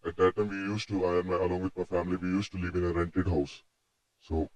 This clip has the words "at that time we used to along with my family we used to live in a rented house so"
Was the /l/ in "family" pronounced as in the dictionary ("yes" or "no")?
yes